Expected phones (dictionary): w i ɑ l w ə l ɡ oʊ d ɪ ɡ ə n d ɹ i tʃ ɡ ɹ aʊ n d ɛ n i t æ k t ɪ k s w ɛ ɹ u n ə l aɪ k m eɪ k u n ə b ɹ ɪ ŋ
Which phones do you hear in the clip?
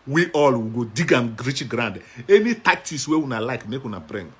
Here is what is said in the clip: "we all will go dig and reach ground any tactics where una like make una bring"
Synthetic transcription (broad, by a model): w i ɑ l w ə ɡ oʊ d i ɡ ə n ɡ ɹ i tʃ ɡ ɹ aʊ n d ɛ n i t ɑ k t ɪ s w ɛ w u n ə l aɪ k m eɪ k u n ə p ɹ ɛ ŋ